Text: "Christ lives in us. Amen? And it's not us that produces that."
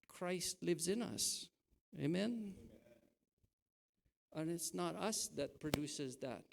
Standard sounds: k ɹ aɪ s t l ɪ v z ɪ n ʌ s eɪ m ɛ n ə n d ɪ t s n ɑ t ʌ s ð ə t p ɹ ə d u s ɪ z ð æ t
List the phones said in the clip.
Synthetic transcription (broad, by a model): k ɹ aɪ s t l ɪ v z ɪ n ʌ s eɪ m ɛ n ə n ɪ t s n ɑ t ʌ s ð ə t p ɹ ə d u s ɪ z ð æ t